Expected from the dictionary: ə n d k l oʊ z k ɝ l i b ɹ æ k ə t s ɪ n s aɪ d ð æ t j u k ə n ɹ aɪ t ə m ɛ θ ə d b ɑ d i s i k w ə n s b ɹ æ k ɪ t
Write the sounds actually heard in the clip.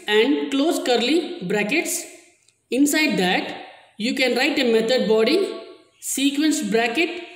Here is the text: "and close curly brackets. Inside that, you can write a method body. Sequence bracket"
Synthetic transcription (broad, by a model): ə n d k l oʊ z k ɝ l i b ɹ æ k ə t s ɪ n s aɪ d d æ t j u k ə n ɹ aɪ t ə m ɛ t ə d b ɑ d i s i k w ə n s b ɹ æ k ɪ t